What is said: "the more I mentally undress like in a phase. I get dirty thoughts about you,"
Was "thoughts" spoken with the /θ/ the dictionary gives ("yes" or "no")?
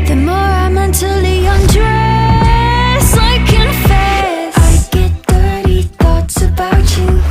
yes